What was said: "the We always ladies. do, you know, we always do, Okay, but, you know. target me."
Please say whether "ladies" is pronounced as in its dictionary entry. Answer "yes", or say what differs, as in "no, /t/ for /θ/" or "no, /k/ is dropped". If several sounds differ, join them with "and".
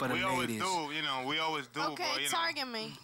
no, /z/ is dropped